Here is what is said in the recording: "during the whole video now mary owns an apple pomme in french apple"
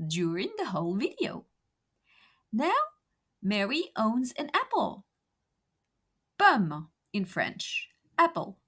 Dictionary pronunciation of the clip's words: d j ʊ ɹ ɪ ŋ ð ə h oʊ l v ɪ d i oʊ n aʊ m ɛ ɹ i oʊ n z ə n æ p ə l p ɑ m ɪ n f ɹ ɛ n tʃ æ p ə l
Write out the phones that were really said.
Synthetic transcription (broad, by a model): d j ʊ ɹ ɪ ŋ ð ə h oʊ l v ɪ d i oʊ n aʊ m ɛ ɹ i oʊ n z ə n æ p l b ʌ m ɪ n f ɹ ɛ n tʃ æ p l